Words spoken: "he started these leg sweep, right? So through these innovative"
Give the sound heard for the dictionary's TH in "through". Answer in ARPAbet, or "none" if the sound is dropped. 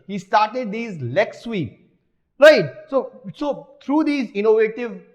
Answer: S